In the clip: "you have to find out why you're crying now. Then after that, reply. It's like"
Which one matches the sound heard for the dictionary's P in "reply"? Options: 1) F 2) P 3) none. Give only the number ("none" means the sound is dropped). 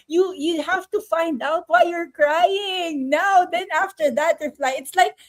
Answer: 1